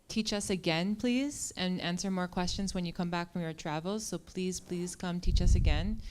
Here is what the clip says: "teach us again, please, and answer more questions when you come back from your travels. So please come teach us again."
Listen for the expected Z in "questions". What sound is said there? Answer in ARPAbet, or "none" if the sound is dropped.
Z